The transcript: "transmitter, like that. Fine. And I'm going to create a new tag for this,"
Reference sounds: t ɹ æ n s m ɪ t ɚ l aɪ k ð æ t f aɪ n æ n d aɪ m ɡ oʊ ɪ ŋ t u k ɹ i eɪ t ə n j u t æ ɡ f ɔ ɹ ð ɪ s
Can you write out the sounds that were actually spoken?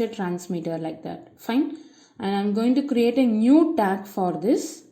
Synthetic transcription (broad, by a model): t ɹ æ n s m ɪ t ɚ l aɪ k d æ t f aɪ n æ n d aɪ m ɡ oʊ ɪ ŋ t u k ɹ i eɪ t ə n j u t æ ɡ f ɔ ɹ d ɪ s